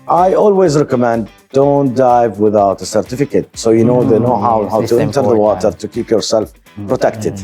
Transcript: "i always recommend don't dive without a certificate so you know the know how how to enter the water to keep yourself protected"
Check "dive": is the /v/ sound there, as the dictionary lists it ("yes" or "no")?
yes